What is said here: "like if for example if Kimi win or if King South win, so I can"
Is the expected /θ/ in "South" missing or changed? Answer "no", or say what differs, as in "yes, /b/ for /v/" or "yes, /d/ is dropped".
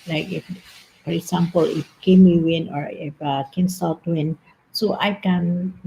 yes, /t/ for /θ/